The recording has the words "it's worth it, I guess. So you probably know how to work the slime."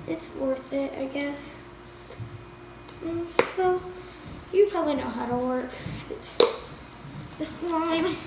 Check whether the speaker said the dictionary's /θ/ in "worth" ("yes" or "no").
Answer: yes